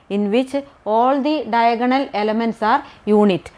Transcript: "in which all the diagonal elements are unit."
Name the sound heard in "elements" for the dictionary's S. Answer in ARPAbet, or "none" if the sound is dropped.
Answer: S